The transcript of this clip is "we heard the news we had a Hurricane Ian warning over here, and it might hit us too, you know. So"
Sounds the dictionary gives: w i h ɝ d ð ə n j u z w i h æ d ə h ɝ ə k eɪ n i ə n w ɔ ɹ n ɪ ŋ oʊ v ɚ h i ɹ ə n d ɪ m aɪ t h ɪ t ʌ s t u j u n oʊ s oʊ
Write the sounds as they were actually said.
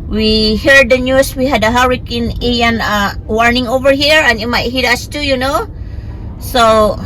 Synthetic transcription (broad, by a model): w i h ɝ d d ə n j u s w i h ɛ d ə h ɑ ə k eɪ n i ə n w ɔ ɹ n ɪ ŋ oʊ v ɚ h i ɹ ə n ɪ m aɪ t h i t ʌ s t u j u n oʊ s oʊ